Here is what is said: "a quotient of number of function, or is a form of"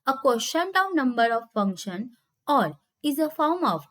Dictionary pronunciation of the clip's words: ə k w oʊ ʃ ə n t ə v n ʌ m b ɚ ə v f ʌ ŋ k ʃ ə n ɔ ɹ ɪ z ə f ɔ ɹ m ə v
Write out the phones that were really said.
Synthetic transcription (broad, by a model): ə k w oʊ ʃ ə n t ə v n ʌ m b ɚ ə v f ʌ ŋ k ʃ ə n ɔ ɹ ɪ z ə f ɔ ɹ m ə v